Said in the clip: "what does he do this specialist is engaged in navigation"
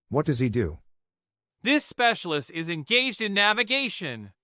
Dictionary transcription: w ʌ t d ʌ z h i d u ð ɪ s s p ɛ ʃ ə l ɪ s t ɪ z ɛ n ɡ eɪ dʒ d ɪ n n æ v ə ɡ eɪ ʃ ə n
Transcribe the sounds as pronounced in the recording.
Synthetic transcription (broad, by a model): w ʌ t d ʌ z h i d u ð ɪ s s p ɛ ʃ l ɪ s t ɪ z ɛ n ɡ eɪ dʒ d ɪ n n æ v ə ɡ eɪ ʃ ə n